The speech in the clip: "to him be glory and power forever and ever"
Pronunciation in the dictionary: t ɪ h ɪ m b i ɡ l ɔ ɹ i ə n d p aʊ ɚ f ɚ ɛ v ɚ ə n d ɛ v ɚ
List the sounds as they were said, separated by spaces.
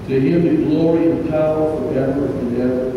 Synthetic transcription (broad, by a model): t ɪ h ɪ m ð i ɡ l ɔ ɹ i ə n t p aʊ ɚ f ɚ ɛ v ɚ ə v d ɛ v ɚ